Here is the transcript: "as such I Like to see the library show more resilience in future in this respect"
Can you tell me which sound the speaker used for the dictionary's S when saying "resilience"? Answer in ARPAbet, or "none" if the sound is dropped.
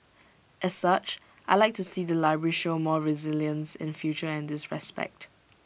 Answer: S